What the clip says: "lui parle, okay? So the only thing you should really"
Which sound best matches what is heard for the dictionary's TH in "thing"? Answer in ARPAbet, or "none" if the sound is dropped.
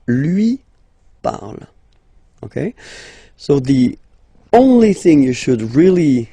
TH